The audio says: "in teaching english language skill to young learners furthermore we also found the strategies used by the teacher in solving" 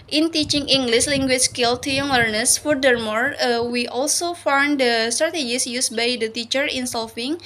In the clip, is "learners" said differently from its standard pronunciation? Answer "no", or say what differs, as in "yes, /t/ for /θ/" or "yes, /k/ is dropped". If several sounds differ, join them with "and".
yes, /w/ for /l/ and /s/ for /z/